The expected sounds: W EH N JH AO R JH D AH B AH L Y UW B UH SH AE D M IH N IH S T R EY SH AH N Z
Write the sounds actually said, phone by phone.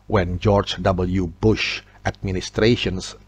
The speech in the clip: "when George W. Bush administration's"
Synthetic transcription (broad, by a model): W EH N JH AO R JH D AH B AH L Y UW B UH SH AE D M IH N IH S T R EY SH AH N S